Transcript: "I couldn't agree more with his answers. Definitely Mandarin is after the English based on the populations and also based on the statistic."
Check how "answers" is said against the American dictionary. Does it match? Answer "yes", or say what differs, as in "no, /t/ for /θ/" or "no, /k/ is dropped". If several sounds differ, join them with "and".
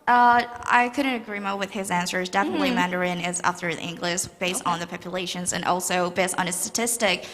yes